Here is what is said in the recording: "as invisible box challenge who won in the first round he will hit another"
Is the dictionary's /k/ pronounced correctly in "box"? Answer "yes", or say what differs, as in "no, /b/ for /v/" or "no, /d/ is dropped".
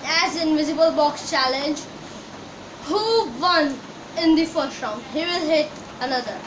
yes